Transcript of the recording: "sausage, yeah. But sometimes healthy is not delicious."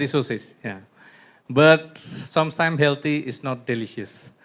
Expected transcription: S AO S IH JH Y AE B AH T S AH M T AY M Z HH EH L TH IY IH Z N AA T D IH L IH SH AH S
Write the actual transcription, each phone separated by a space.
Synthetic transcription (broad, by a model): S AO S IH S Y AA B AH T S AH M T AY M HH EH L T IY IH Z N AA T D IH L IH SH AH S